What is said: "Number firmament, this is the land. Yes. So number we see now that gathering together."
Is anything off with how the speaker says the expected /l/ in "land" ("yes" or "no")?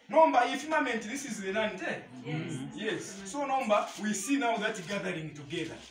yes